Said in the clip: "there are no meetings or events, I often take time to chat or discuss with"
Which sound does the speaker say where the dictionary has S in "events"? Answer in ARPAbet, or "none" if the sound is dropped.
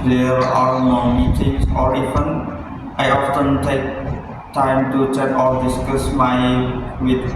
none